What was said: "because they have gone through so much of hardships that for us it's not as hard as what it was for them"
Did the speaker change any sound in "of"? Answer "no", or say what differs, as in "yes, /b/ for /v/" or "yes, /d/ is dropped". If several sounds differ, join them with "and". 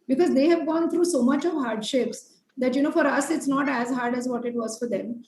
no